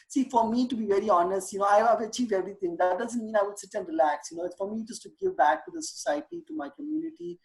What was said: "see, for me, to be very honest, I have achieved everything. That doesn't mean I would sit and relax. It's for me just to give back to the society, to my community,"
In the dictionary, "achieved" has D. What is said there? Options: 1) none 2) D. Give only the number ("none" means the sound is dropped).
1